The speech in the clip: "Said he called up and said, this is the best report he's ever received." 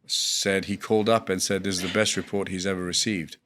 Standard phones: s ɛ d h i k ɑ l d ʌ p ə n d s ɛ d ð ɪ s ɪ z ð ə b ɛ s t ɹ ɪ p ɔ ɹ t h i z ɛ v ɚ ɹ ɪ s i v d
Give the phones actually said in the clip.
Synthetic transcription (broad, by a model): s ɛ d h i k ɑ l d ʌ p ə n s ɛ d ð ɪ ɪ z ð ə b ɛ s t ɹ ɪ p ɔ ɹ t h i z ɛ v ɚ ɹ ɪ s i v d